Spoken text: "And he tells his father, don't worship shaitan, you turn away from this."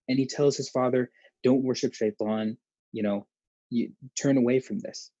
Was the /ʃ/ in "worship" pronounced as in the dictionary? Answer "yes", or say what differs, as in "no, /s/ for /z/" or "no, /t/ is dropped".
yes